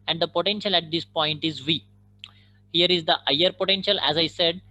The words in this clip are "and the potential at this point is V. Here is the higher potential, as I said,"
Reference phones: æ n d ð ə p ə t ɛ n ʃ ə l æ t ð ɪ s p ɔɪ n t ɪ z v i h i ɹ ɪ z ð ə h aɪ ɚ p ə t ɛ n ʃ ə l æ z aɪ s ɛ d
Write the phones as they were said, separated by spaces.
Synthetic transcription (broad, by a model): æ n d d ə p ə t ɛ n ʃ ə l æ t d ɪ s p ɔɪ n t ɪ z v i h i ɹ ɪ z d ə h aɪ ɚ p ə t ɛ n ʃ ə l æ z aɪ s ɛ d